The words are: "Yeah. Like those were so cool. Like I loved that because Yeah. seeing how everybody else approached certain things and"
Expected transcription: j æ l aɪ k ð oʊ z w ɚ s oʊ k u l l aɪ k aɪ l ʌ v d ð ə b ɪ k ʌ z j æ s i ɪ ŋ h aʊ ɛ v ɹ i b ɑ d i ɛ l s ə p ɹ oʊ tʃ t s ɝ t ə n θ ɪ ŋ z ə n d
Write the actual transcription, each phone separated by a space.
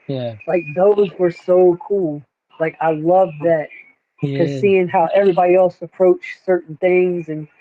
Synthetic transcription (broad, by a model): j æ l aɪ k ð oʊ z w ɚ s oʊ k u l l aɪ k aɪ l ʌ v ð ə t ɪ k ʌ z s i ɪ ŋ h aʊ ɛ v ɹ i b ɑ d i ɛ l s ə p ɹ oʊ tʃ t s ɝ t n θ ɪ ŋ z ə n